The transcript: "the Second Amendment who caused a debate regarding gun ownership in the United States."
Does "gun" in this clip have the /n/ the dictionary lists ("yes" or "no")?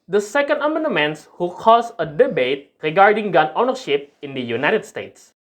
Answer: yes